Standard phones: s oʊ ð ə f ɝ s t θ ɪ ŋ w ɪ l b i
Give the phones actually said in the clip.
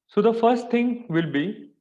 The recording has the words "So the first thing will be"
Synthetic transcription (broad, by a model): s oʊ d ə f ɝ s t t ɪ ŋ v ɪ l b i